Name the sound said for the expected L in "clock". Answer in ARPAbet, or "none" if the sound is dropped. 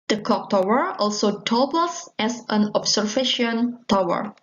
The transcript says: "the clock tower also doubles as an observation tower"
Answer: none